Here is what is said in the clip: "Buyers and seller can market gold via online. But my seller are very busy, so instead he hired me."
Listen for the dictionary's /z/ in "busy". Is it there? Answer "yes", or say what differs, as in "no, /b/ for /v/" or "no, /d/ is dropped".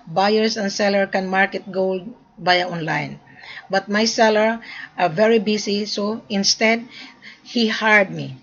no, /s/ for /z/